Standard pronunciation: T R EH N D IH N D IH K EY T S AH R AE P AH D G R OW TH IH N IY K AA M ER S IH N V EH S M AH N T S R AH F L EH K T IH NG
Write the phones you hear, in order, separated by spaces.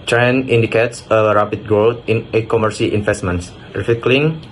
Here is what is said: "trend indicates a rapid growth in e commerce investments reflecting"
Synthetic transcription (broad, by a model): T R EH N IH N D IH K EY T S AH R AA P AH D G R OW T IH N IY K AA M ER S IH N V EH S M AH N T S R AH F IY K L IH NG